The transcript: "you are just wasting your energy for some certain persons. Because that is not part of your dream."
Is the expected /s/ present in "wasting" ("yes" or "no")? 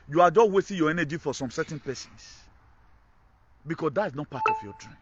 no